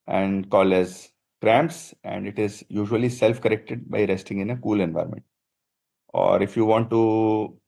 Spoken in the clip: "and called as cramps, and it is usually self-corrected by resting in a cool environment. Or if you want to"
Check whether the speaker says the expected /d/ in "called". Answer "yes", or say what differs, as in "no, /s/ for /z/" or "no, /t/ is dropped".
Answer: no, /d/ is dropped